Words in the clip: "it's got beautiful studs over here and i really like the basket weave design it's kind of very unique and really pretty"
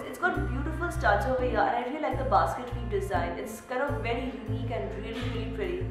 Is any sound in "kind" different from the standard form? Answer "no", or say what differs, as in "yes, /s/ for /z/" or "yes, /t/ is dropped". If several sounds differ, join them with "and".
yes, /d/ is dropped